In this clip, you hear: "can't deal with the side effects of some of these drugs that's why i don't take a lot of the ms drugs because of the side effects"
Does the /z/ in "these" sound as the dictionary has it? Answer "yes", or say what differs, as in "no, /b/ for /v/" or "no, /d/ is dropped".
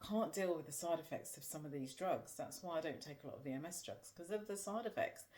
yes